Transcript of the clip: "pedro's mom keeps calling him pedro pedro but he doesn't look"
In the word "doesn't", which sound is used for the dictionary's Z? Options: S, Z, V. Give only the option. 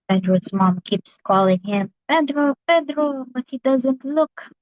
Z